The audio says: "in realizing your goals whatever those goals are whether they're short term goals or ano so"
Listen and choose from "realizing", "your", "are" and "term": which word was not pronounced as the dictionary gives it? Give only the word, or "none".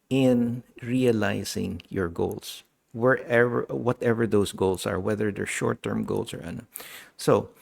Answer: realizing